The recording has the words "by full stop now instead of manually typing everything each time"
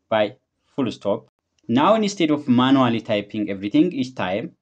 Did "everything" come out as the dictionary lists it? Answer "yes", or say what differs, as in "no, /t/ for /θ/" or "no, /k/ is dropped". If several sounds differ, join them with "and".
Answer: no, /t/ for /θ/